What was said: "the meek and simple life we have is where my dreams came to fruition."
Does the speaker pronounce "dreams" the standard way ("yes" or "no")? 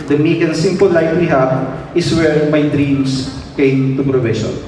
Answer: no